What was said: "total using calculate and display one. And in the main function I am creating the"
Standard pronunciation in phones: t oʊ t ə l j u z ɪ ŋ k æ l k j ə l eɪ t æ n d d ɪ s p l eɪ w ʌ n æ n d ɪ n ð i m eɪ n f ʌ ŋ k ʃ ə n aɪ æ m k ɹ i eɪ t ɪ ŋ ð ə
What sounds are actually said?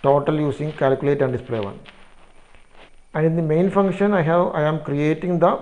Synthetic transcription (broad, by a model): t oʊ t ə l j u s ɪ ŋ k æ l k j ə l eɪ t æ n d d ɪ s p l eɪ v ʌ n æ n d ɪ n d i m eɪ n f ʌ ŋ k ʃ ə n aɪ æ m k ɹ i eɪ t ɪ ŋ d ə